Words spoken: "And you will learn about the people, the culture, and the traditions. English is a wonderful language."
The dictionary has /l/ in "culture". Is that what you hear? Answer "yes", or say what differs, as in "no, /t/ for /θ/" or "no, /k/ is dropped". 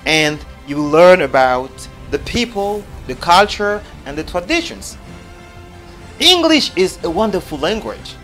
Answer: yes